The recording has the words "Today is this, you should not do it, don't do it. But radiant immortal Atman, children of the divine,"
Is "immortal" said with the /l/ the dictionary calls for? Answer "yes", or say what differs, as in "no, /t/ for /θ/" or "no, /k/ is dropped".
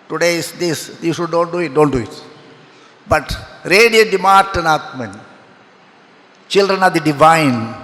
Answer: no, /n/ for /l/